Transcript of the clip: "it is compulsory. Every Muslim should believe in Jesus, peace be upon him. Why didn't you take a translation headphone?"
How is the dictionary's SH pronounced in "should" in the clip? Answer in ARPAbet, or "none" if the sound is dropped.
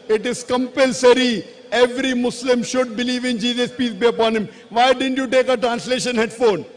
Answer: SH